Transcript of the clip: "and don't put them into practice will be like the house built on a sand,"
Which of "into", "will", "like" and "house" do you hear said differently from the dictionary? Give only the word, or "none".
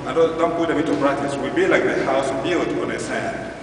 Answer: into